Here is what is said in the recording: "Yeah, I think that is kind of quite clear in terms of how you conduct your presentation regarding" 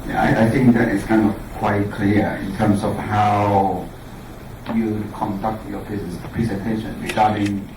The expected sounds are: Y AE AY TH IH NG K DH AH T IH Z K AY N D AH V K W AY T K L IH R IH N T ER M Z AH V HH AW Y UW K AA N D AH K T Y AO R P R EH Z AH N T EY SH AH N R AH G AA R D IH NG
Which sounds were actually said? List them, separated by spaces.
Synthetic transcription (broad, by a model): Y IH AY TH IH NG K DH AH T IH S K AY N D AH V K W AY T K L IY IH N T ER M S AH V HH AW Y UW K AA N D AH K T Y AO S P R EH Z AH N T EY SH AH N R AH G AA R D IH NG